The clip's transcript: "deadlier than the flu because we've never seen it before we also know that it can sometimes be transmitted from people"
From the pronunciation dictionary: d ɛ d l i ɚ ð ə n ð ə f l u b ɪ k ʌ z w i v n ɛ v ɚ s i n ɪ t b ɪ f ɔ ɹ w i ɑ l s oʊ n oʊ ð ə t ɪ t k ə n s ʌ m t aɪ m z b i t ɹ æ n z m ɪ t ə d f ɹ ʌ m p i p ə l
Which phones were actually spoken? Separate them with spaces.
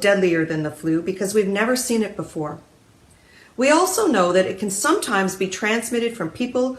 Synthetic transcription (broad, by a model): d ɛ d l i ɚ ð ə n ð ə f l u b ɪ k ʌ z w i v n ɛ v ɚ s i n ɪ t b ɪ f ɔ ɹ w i ɑ l s oʊ n oʊ ð ə t ɪ t k ə n s ʌ m t aɪ m z b i t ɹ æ n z m ɪ t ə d f ɹ ʌ m p i p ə l